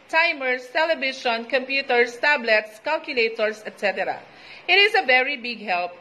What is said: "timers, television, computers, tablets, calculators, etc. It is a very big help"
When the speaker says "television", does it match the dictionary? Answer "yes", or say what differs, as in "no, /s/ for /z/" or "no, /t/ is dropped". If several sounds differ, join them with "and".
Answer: no, /ʃ/ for /ʒ/